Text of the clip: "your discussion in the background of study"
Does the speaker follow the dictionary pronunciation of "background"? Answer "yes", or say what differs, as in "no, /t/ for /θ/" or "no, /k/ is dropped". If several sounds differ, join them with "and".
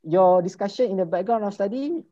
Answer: no, /d/ is dropped